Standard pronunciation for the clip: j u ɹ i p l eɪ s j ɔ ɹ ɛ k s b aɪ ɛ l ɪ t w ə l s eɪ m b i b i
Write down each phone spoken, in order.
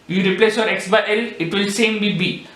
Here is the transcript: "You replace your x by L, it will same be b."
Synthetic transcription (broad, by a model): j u ɹ i p l eɪ s j ɔ ɹ ɛ k s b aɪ ɛ l ɪ t w ə l s eɪ m b i b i